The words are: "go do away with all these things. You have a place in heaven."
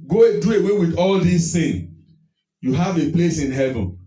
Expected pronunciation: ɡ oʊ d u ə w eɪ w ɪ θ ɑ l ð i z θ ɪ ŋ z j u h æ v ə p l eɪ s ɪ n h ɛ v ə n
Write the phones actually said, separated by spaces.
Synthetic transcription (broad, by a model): ɡ oʊ d u ə w eɪ w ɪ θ ɑ l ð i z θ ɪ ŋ j u h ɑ v ə p l eɪ s ɪ n h ɛ v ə n